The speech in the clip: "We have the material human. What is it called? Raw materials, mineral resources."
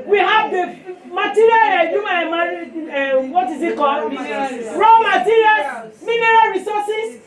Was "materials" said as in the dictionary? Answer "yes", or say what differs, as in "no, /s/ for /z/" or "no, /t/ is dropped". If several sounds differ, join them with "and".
no, /z/ is dropped